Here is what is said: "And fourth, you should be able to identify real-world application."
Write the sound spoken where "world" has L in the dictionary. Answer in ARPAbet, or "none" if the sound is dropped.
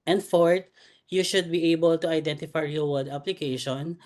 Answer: none